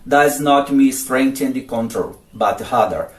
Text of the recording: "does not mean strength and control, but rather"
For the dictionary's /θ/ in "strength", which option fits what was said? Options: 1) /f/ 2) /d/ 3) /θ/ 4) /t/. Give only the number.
4